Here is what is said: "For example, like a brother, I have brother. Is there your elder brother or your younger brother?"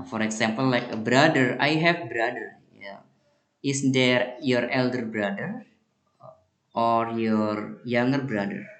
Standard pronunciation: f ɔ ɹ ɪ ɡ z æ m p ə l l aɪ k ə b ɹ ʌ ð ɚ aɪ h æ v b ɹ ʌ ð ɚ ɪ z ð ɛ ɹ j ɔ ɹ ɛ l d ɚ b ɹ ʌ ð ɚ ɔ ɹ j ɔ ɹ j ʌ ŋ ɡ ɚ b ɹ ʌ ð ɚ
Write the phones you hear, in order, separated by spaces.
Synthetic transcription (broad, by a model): f ɔ ɹ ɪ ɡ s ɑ m p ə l l aɪ k ə b ɹ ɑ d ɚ aɪ h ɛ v b ɹ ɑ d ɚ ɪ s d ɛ ɹ j ɔ ɹ ɛ l d ɚ b ɹ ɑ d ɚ ɔ ɹ j ɔ ɹ j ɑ ŋ ɡ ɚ b ɹ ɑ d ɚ